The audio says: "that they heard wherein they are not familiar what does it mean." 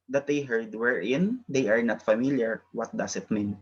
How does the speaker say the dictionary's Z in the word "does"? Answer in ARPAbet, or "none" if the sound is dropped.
S